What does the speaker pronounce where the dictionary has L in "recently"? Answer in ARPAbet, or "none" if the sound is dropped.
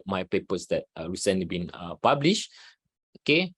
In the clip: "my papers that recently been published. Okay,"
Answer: none